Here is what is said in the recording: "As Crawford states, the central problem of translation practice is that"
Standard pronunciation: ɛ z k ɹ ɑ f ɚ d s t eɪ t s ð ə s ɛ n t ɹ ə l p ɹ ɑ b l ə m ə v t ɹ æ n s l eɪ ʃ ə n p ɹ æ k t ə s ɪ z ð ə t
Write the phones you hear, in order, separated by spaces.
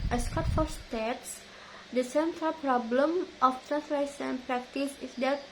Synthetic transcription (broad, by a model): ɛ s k ɑ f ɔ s t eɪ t s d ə s ɛ n t ɹ ə l p ɹ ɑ b l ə m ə f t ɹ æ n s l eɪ s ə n p ɹ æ k t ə s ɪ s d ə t